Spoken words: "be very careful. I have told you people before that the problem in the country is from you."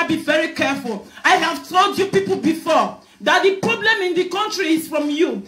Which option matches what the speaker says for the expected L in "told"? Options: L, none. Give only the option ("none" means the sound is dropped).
L